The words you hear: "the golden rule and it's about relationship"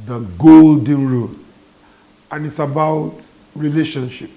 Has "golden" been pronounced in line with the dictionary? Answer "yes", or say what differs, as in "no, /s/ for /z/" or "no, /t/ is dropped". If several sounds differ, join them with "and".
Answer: yes